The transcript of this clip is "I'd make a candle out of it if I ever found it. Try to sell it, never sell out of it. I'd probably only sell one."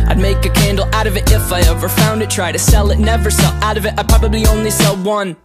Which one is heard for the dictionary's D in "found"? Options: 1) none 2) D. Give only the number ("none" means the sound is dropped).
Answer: 2